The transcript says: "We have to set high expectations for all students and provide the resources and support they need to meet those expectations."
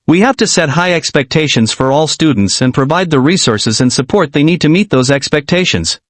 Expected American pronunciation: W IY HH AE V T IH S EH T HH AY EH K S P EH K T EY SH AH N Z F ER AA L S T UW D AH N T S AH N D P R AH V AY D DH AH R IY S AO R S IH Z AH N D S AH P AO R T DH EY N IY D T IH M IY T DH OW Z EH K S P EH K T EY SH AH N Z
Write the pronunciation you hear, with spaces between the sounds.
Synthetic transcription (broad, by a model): W IY HH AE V T IH S EH T HH AY EH K S P EH K T EY SH AH N Z F ER AA L S T UW D N T S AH N P R AH V AY D DH AH R IY S AO R S IH Z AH N S AH P AO R T DH EY N IY D T IH M IY T DH OW Z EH K S P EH K T EY SH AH N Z